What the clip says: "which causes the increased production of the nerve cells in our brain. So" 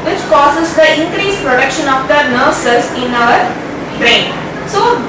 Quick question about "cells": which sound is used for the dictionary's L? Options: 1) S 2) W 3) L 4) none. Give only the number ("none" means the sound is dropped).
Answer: 4